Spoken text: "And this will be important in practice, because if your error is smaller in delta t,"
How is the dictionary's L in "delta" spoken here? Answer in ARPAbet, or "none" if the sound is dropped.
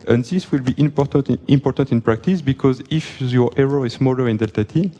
L